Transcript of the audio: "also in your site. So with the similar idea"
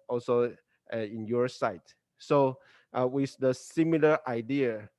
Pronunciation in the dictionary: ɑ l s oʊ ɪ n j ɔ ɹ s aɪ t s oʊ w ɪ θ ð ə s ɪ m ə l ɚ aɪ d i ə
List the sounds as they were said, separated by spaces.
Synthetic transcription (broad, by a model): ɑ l s oʊ ɪ n j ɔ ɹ s aɪ t s oʊ w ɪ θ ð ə s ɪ m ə l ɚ aɪ d i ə